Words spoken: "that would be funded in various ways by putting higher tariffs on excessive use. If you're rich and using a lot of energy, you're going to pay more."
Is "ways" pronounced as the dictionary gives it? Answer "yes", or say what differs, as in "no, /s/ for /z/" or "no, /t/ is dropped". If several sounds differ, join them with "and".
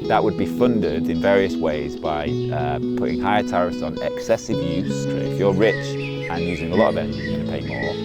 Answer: yes